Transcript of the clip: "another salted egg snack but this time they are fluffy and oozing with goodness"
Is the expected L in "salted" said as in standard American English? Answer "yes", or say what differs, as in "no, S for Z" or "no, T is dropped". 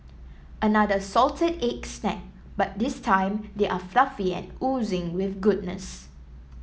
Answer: yes